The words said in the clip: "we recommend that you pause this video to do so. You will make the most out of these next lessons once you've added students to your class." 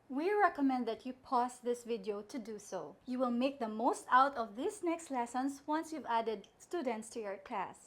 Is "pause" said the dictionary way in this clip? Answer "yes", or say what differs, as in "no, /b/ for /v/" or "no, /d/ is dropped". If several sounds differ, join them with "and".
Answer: no, /s/ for /z/